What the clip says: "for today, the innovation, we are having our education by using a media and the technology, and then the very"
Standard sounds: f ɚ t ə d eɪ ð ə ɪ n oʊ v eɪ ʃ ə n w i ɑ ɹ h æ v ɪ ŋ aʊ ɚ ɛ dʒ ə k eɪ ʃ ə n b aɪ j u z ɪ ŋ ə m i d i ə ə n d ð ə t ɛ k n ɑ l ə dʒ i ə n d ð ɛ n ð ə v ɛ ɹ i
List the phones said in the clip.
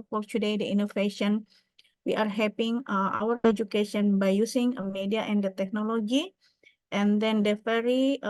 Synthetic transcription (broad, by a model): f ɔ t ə d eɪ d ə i n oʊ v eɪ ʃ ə n w i ɑ ɹ h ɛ p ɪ ŋ aʊ ɚ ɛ dʒ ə k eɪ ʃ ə n b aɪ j u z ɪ ŋ ə m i d i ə ə n d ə t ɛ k n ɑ l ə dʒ i ə n d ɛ n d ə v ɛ ɹ i